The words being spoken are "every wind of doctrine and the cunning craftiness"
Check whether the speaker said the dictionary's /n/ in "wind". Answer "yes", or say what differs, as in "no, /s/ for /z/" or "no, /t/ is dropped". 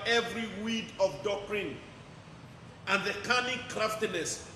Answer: no, /n/ is dropped